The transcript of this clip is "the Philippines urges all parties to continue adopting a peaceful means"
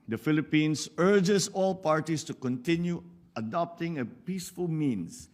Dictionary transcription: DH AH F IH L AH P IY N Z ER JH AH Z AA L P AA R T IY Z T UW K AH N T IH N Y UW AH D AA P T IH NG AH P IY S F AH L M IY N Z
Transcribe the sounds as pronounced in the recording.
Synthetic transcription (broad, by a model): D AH F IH L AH P IY N S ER JH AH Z AA L P AA R T IY S T UW K AH N T IH N Y UW AH D AA P T IH NG AH P IY S F AH L M IY N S